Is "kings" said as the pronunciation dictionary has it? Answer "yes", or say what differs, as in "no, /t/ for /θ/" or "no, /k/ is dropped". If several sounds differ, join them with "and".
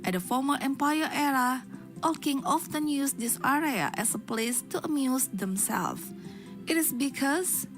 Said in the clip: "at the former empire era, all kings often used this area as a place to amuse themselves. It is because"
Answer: no, /z/ is dropped